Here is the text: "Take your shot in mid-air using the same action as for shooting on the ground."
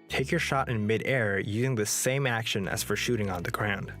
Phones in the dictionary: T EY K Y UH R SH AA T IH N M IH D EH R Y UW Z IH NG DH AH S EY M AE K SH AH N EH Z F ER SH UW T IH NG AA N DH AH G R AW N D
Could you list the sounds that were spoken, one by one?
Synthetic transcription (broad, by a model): T EY K Y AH R SH AA T IH N M IH D EH R Y UW Z IH NG DH AH S EY M AE K SH AH N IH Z F ER SH UW T IH NG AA N DH AH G R AW N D